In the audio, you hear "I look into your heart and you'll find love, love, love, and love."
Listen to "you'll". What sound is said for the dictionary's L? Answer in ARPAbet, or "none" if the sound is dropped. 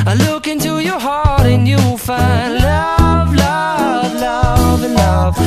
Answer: W